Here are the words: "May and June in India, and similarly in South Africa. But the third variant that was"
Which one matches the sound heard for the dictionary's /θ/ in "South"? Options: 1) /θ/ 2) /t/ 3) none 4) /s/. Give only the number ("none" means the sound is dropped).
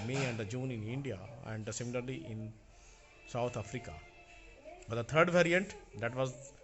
2